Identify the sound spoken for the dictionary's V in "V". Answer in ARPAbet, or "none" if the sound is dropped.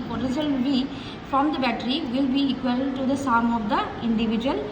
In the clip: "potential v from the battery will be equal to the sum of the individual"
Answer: B